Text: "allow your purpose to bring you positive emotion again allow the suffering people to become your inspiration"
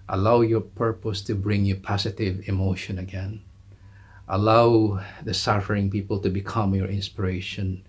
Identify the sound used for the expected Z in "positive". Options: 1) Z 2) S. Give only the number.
2